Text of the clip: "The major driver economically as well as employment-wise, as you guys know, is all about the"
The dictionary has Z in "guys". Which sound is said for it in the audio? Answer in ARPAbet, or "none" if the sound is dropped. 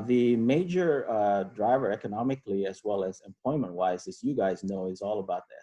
Z